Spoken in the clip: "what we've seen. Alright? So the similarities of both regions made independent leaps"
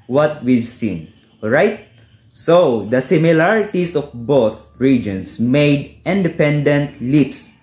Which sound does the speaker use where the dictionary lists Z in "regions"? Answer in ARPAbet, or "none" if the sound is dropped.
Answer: S